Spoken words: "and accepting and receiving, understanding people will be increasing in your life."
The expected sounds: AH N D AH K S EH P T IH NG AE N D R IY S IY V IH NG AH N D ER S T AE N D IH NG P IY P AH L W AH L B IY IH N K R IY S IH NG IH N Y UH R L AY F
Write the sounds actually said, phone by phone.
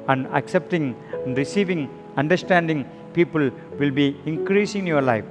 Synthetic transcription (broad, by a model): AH N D AH K S EH P T IH NG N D R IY S IY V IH NG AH N D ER S T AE N D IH NG P IY P AH L W AH L B IY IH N K R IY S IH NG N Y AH R L AY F